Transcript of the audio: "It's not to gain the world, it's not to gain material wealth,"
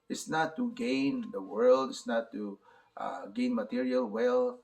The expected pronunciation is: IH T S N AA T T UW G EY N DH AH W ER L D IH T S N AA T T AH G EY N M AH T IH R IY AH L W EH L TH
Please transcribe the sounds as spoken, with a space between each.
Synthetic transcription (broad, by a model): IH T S N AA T T UW G EY N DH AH W ER L D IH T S N AA T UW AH G EY N M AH T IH R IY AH L W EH L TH